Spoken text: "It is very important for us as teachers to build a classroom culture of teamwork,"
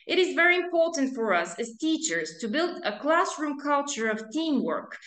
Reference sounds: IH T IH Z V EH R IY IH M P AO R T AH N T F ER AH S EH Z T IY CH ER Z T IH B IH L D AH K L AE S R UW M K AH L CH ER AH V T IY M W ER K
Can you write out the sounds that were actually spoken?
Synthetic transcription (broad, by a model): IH T IH Z V EH R IY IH M P AO R T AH N T F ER AH S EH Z T IY CH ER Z T IH B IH L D AH K L AE S R UW M K AH L CH ER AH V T IY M W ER K